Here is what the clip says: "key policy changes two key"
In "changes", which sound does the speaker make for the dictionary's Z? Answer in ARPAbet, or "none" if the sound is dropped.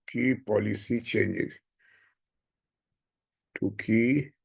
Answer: none